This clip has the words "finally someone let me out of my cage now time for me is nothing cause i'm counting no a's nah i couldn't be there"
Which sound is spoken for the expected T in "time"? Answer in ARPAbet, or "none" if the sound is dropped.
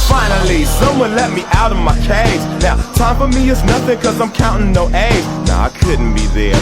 T